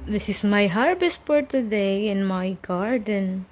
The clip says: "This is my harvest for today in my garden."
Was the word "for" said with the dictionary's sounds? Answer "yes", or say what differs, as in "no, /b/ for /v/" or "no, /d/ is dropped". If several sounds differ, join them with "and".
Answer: no, /p/ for /f/